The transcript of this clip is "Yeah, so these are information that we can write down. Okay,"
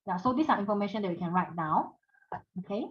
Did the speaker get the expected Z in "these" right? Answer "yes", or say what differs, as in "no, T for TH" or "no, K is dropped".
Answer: no, S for Z